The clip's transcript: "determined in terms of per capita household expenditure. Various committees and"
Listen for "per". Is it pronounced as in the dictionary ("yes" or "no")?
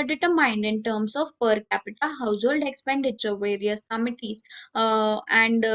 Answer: yes